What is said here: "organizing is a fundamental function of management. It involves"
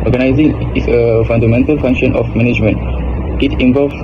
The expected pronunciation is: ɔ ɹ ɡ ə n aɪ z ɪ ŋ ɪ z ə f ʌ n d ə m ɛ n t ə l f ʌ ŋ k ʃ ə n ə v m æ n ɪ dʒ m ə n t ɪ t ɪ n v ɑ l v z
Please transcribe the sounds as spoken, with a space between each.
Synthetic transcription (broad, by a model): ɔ ɹ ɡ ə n aɪ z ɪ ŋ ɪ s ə f ʌ n d ə m ɛ n t ə l f ʌ ŋ k ʃ ə n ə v m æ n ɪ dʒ m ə n t ɪ t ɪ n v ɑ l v